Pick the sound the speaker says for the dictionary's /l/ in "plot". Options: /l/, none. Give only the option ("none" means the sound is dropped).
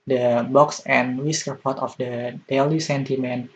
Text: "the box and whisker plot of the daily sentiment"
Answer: none